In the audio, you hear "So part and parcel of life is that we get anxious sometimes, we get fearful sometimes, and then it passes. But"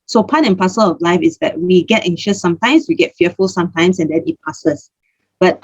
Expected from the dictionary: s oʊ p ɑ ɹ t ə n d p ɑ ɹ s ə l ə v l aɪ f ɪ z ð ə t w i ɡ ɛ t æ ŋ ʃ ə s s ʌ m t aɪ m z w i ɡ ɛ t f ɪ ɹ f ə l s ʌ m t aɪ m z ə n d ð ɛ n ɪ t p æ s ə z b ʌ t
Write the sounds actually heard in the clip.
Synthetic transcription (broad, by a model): s oʊ p ɑ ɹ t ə n p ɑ s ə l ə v l aɪ f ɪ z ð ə t w i ɡ ɛ t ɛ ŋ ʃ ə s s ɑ m t aɪ m s w i ɡ ɛ t f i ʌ f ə l s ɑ m t aɪ m s ə n d ɛ n ɪ t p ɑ s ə s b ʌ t